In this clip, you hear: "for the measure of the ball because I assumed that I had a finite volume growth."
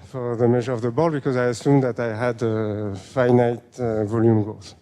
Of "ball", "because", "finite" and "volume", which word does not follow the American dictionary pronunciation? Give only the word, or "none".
none